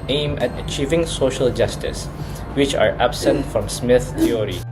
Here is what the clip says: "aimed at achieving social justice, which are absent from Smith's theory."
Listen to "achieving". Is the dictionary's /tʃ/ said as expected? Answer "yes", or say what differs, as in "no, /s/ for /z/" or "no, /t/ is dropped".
yes